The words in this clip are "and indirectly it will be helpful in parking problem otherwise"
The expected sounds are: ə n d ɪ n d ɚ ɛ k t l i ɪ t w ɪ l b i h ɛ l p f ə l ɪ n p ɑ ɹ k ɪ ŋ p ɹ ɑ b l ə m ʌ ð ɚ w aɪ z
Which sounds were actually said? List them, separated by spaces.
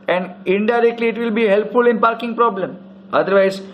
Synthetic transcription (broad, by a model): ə n d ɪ n d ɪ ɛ k t l i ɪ t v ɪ l b i h ɛ l p f ə l ɪ n p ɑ ɹ k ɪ ŋ p ɹ ɑ b l ə m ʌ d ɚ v aɪ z